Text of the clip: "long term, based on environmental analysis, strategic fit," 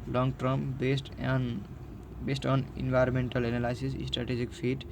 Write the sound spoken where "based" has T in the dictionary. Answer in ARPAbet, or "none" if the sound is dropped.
T